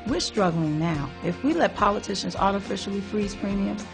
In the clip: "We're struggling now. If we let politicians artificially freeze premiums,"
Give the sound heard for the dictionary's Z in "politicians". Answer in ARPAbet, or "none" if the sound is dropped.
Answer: Z